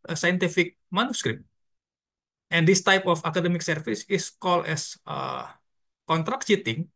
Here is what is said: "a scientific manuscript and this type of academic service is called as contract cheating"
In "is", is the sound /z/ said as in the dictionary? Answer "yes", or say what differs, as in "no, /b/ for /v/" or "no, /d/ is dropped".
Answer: no, /s/ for /z/